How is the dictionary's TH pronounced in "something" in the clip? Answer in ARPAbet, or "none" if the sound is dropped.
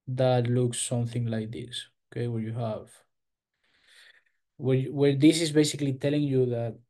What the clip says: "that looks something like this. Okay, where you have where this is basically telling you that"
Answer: TH